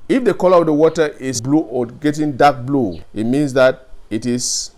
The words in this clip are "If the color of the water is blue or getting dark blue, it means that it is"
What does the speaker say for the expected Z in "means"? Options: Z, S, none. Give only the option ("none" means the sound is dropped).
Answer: S